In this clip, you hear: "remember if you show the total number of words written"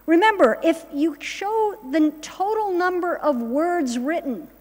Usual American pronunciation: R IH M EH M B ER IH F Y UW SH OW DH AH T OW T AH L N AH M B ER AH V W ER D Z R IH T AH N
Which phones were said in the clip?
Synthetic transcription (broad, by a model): R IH M EH M B ER IH F Y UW SH OW DH AH T OW T L N AH M B ER AH V W ER D Z R IH T N